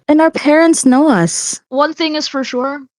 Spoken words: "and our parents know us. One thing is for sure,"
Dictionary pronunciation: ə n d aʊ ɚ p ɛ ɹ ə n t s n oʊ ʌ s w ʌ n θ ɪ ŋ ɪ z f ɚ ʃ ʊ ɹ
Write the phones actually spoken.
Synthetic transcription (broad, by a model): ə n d aʊ ɚ p ɛ ɹ ə n t s n oʊ ʌ s w ʌ n θ ɪ ŋ ɪ z f ɚ ʃ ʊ ɹ